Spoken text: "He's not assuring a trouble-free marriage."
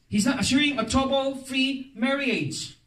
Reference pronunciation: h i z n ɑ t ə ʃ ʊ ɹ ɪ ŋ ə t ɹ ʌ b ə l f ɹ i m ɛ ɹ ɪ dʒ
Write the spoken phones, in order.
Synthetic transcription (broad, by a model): h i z n ɑ t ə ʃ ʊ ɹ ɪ ŋ ə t ɔ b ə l f ɹ i m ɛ ɹ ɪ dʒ